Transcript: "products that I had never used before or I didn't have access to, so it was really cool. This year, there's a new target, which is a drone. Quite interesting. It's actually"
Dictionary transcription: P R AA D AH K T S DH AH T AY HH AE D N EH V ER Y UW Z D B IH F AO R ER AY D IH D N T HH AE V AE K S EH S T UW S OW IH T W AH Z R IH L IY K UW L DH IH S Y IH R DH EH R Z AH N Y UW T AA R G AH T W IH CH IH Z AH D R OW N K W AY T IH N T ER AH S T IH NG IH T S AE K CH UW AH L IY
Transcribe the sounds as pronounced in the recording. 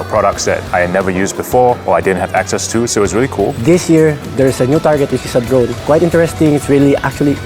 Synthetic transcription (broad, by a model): P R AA D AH K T S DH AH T AY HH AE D N EH V ER Y UW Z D B IH F AO R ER AY D IH D N T HH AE V AE K S EH S T UW S OW IH T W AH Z R IH L IY K UW L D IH S Y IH R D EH R S AH N Y UW T AA R G AH T W IH CH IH S AH D R OW N K W AY T IH N T ER AH S T IH NG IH T S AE K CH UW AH L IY